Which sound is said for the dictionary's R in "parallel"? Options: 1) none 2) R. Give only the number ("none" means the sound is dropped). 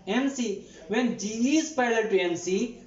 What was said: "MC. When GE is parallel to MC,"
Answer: 1